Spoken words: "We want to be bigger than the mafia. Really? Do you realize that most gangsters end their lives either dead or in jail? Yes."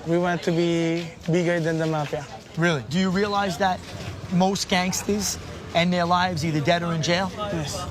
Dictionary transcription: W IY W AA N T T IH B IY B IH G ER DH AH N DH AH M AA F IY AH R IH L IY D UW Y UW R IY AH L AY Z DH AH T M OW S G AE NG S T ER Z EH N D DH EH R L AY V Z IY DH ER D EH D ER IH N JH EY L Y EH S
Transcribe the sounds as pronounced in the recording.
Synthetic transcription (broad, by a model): W IY W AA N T T IH B IY B IH G ER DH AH N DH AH M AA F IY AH R IH L IY D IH Y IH R IY AH L AY Z DH AH T M OW S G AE NG S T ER Z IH N DH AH R L AY V Z IY DH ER D EH D ER IH N JH EY L Y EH S